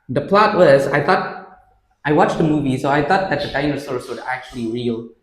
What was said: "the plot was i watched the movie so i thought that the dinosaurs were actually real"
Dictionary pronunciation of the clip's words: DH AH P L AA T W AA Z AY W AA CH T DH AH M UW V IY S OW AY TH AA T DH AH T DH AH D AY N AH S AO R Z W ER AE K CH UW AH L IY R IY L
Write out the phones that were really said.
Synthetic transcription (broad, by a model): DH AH P L AA T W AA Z AY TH AA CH T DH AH M UW V IY S OW AY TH AA T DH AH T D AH D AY N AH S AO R S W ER AE K CH UW AH L IY R IY L